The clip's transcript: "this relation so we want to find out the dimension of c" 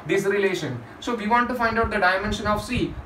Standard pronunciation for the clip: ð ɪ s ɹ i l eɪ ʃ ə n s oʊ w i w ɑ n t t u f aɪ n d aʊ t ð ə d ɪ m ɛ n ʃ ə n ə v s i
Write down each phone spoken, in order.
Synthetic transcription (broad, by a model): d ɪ s ɹ i l eɪ ʃ ə n s oʊ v i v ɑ n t t u f aɪ n d aʊ t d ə d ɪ m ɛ n ʃ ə n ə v s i